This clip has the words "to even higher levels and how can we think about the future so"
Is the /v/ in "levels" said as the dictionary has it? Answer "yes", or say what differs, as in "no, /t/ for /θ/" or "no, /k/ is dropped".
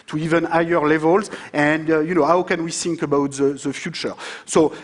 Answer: yes